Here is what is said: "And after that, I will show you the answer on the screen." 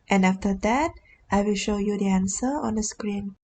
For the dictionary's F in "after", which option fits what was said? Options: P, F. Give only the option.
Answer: F